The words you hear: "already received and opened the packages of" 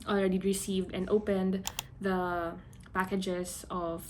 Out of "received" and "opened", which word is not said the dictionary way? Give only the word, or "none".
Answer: none